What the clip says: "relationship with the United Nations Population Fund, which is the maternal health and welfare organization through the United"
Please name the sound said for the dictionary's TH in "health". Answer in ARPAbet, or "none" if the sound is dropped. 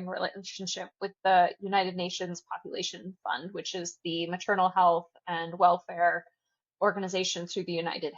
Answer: TH